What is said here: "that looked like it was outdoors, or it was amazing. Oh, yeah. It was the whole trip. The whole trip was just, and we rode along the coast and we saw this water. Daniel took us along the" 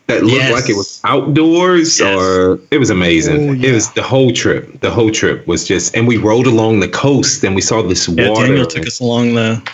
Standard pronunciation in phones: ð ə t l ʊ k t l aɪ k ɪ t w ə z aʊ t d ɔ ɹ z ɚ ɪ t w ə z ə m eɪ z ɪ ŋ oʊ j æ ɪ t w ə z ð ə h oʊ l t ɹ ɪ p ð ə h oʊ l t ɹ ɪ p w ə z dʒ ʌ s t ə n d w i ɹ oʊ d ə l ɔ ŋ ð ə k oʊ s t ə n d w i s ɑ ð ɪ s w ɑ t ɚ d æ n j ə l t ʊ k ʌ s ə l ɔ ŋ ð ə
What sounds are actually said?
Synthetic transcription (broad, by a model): ð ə t l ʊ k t l aɪ k ɪ t w ə z aʊ t d ɔ ɹ z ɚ ɪ t w ə z ə m eɪ z ɪ ŋ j ɪ t w ə z ð ə h oʊ l t ɹ ɪ p ð ə h oʊ l t ɹ ɪ p w ə z dʒ ʌ s t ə n w i ɹ oʊ d ə l ɔ ŋ ð ə k oʊ s t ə n w i s ɑ ð ɪ s w ɑ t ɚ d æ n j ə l t ʊ k ʌ s ə l ɔ ŋ ð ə